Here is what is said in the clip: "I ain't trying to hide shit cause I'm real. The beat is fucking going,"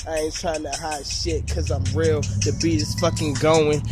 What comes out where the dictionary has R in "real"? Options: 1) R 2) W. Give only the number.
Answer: 1